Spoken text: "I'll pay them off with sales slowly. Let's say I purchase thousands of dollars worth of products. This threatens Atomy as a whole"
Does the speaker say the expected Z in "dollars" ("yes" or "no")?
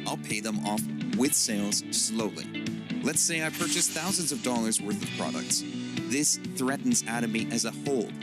yes